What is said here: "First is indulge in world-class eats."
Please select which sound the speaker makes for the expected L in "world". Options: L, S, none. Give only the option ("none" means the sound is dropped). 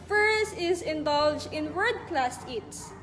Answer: none